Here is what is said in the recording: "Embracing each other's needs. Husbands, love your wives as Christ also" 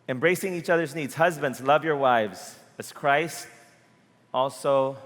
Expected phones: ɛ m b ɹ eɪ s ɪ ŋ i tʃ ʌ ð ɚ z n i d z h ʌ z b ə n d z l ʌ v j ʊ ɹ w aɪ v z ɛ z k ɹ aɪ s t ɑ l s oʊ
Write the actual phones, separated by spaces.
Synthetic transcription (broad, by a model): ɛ m b ɹ eɪ s ɪ ŋ i tʃ ʌ ð ɚ z n i d z h ʌ z b ə n d z l ʌ v j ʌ ɹ w aɪ v z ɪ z k ɹ aɪ s t ɑ l s oʊ